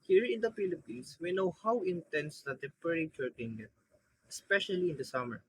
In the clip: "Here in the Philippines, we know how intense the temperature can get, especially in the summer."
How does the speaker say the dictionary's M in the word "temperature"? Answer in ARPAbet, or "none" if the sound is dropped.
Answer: none